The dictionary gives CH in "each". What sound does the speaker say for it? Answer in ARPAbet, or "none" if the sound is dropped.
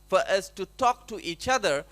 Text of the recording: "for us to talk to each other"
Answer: CH